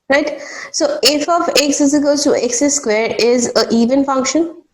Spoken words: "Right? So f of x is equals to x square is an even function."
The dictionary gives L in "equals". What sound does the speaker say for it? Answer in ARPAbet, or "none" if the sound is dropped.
none